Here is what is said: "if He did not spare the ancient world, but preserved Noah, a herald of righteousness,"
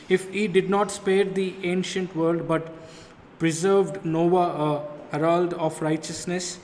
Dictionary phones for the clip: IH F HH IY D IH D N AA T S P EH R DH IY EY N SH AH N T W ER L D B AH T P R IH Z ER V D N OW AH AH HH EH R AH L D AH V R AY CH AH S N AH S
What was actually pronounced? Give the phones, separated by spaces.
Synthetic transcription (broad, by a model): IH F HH IY D IH D N AA T S P EH R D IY EY N SH AH N T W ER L D B AH T P R IH Z ER V D N OW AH AH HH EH R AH L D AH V R AY CH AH S N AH S